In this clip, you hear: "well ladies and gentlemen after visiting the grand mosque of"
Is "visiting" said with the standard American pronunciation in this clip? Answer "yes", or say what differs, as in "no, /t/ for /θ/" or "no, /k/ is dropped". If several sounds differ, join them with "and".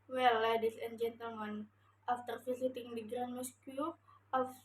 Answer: no, /f/ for /v/ and /s/ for /z/